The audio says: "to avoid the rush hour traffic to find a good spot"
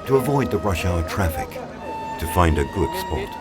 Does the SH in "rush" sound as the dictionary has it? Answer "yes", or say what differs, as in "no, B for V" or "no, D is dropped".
yes